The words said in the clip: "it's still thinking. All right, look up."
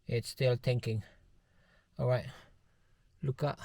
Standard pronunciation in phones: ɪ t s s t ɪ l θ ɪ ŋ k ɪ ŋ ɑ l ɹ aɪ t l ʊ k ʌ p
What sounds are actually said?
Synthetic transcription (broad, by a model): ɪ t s s t ɪ l t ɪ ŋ k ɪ ŋ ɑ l ɹ aɪ t l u k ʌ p